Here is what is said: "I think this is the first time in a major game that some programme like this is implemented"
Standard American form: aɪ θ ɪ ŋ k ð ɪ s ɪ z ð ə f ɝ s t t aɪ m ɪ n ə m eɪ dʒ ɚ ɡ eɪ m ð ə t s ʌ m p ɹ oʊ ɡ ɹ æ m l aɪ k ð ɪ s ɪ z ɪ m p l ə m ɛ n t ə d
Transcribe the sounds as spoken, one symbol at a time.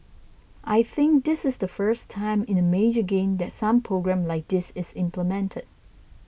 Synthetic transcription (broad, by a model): aɪ θ ɪ ŋ k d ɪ s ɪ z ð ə f ɝ s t t aɪ m ɪ n ə m eɪ dʒ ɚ ɡ eɪ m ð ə t s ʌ m p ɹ oʊ ɡ ɹ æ m l aɪ k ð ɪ s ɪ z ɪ m p l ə m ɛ n t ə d